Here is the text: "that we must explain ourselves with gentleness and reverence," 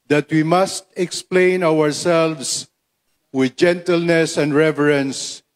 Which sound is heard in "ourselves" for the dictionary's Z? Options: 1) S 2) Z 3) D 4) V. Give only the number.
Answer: 1